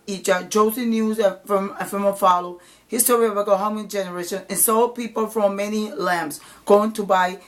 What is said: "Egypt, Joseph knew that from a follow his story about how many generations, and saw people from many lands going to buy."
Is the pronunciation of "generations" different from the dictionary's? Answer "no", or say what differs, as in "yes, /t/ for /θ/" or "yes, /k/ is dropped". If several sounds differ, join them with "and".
yes, /z/ is dropped